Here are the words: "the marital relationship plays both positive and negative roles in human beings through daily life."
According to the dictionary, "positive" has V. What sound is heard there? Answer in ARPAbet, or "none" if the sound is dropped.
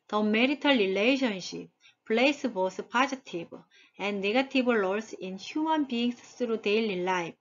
B